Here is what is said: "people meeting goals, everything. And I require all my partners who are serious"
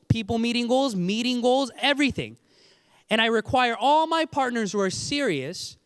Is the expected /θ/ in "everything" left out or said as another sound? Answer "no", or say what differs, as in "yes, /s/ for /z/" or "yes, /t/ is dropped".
no